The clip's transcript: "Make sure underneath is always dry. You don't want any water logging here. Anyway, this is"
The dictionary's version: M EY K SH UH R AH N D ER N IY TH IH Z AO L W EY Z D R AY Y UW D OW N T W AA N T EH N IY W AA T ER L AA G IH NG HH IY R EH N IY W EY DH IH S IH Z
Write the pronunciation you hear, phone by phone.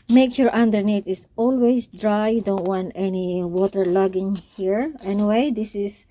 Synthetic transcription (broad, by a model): M EY K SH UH R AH N D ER N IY T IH S AO L W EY S D R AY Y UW D OW N T W AA N T EH N IY W AA T ER L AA G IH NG HH IY R EH N IY W EY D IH S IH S